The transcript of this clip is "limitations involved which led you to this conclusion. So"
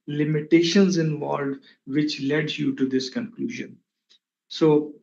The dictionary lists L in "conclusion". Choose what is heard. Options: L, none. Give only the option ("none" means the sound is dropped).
L